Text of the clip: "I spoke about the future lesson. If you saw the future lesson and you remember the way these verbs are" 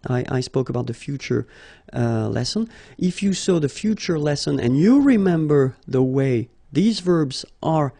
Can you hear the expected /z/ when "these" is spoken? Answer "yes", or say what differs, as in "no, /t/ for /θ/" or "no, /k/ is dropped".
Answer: yes